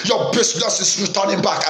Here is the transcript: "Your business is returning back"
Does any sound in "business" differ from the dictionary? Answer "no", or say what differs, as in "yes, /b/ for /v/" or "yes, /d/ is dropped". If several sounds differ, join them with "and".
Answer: yes, /s/ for /z/